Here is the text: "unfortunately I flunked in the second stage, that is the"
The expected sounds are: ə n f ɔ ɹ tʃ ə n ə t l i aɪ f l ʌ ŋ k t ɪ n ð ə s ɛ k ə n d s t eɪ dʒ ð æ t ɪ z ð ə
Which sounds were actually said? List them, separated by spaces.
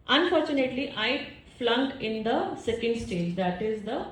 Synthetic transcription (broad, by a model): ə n f ɔ ɹ tʃ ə n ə t l i aɪ f l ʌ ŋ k ɪ n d ə s ɛ k ə n d s t eɪ dʒ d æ t ɪ z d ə